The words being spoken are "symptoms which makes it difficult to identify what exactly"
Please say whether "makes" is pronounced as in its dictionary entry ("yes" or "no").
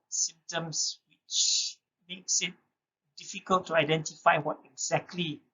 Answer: yes